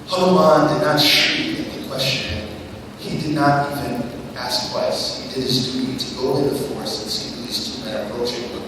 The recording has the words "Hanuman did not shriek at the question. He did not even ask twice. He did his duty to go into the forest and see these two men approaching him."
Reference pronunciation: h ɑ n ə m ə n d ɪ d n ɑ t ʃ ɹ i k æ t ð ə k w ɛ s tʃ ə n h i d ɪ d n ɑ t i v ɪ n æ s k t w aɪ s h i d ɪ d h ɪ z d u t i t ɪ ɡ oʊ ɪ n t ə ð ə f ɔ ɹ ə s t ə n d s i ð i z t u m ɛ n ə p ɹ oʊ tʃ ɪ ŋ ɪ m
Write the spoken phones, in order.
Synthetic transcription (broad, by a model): h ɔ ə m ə n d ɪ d n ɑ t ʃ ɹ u ɪ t ð ə k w ɛ s tʃ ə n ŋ i d ɪ d n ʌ t i v ɪ n æ s k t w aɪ s h i d ɪ d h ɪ z d u t i t ɪ ɡ oʊ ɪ t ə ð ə f ɔ ɹ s ə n s i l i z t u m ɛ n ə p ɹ oʊ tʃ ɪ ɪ